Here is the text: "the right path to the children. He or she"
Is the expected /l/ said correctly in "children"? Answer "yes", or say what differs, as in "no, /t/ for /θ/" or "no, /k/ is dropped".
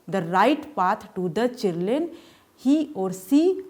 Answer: no, /l/ is dropped